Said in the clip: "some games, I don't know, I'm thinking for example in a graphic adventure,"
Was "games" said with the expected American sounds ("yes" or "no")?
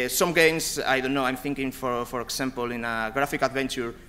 no